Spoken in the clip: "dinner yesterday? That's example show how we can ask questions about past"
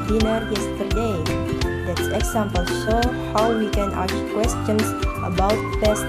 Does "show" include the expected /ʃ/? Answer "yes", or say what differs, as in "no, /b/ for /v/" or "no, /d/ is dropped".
no, /s/ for /ʃ/